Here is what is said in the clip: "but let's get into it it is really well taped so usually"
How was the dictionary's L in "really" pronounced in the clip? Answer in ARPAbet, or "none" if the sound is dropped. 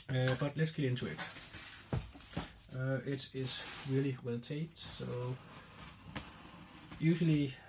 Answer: L